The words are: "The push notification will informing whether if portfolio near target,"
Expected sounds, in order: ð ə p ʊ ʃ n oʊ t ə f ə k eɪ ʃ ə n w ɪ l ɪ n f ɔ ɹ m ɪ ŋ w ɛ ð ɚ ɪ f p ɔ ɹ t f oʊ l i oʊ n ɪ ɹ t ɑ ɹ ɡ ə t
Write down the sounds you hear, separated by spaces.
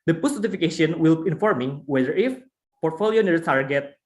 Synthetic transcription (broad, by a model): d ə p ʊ s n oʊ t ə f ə k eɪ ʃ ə n w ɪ l ɪ n f ɔ ɹ m ɪ ŋ w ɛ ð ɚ ɪ f p ɔ ɹ t f oʊ l i oʊ n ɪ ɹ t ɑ ɹ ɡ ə t